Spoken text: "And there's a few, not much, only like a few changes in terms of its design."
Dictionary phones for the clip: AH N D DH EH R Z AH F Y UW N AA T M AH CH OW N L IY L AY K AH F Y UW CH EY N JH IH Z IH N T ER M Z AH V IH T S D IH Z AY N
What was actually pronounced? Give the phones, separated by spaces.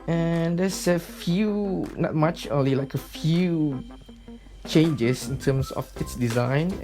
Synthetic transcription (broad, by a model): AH N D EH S AH F Y UW N AA T M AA CH OW N L IY L AY K AH F Y UW CH EY N JH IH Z IH N T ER M S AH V IH T S D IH Z AY N